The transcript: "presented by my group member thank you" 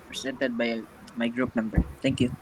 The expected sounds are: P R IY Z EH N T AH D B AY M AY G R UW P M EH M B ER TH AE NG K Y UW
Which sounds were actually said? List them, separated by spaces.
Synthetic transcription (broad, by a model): P R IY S EH N T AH D B AY M AY G R UW P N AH M B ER T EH NG K Y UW